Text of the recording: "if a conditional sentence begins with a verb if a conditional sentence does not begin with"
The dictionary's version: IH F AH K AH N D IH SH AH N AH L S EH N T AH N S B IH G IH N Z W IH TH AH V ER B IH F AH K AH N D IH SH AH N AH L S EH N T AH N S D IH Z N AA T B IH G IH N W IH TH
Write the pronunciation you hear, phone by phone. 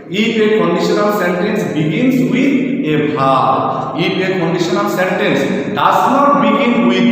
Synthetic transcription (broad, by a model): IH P AH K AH N D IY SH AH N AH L S EH N T AH N S B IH G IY N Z W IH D AH B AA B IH P AH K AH N D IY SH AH N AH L S EH N T AH N S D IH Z N AA T B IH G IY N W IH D